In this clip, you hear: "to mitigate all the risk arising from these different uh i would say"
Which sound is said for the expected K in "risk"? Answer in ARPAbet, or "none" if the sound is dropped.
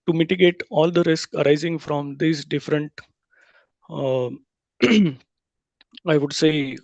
K